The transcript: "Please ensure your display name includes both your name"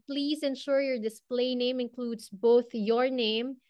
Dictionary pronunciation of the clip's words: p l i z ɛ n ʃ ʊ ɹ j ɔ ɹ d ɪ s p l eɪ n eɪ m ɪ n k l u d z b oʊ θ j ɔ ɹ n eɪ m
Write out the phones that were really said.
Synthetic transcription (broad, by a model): p l i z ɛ n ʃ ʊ ɹ j ɔ ɹ d ɪ s p l eɪ n eɪ m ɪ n k l u d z b oʊ θ j ɔ ɹ n eɪ m